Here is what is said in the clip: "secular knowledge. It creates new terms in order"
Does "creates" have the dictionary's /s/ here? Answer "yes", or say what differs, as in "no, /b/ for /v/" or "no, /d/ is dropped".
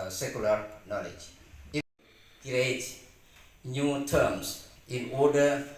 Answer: no, /s/ is dropped